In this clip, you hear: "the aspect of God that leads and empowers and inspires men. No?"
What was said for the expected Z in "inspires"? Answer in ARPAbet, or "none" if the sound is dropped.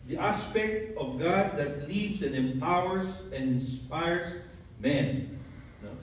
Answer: S